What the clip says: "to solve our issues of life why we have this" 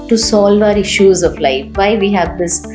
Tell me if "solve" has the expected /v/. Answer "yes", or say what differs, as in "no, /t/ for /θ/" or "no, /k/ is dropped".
yes